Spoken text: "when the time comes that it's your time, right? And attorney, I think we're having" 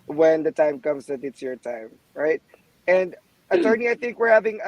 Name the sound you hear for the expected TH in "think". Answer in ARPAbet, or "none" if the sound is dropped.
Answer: TH